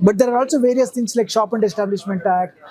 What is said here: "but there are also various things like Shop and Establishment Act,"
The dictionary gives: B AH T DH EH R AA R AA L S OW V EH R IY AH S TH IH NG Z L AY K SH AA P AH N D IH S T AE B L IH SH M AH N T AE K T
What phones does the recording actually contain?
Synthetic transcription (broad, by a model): B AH T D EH R AA R AA L S OW V EH R IY AH S T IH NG S L AY K SH AA P AH N D IH S T AE B L IH SH M AH N T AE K